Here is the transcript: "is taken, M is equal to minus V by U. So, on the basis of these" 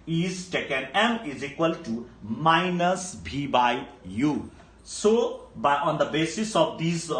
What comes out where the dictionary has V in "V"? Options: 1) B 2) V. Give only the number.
1